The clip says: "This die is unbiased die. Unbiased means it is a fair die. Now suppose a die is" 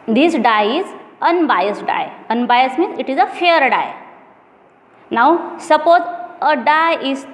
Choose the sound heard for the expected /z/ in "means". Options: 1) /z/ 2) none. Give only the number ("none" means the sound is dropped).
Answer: 2